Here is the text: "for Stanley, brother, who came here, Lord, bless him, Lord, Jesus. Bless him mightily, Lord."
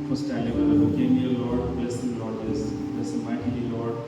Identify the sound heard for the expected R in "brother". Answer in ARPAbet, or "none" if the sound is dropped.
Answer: none